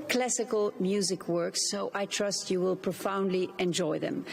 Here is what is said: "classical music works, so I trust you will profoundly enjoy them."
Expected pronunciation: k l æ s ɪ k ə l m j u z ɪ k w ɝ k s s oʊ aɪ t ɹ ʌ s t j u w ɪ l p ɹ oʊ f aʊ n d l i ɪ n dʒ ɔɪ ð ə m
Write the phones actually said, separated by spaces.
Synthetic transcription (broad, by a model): k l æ s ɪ k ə l m j u z ɪ k w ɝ k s s oʊ aɪ t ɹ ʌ s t j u w ɪ l p ɹ oʊ f aʊ n d l i ɪ n dʒ ɔɪ ð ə m